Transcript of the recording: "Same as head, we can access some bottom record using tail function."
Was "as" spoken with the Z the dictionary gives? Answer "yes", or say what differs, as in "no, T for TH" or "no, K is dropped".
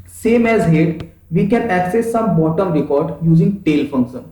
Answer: yes